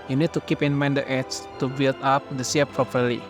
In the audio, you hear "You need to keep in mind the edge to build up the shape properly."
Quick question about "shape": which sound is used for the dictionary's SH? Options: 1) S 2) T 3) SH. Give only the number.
1